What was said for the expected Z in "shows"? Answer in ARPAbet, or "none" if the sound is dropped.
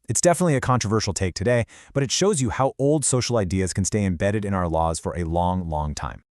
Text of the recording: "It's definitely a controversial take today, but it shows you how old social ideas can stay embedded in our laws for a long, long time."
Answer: Z